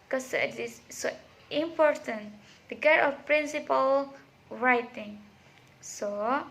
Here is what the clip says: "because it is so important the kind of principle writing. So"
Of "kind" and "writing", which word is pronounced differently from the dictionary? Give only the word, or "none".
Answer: kind